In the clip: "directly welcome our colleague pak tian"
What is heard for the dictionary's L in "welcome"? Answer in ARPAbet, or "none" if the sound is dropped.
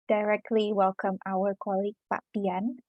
L